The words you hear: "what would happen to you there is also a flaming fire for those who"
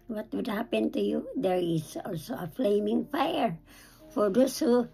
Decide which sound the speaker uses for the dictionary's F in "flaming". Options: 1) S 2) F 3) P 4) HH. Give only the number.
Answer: 2